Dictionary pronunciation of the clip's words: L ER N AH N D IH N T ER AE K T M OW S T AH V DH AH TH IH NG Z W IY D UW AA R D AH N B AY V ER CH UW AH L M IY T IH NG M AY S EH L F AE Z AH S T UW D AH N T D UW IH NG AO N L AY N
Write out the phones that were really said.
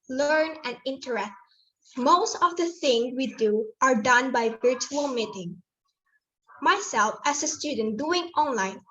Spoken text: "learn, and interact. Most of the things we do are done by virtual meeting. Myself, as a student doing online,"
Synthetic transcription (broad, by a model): L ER N AH N D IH N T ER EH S T M OW S T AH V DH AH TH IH NG W IY D UW AA R D AH N B AY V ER CH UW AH L M IY T IH NG M AY S EH L F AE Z AH S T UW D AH N T D UW IH NG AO N L AY N